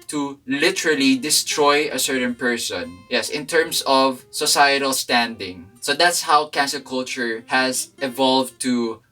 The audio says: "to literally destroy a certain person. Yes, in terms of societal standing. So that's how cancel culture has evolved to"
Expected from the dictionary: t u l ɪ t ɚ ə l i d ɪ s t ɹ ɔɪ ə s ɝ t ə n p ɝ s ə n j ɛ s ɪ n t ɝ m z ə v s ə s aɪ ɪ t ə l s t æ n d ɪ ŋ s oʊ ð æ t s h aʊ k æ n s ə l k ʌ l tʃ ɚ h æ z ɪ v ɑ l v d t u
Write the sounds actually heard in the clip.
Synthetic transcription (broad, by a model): t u l ɪ t ɚ ə l i d ɪ s t ɹ ɔɪ ə s ɝ t ə n p ɝ s ə n j ɛ s ɪ n t ɝ m s ə v s ə s aɪ ɪ t ə l s t æ n d ɪ ŋ s oʊ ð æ t s h aʊ k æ n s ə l k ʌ l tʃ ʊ h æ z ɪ v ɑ l v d t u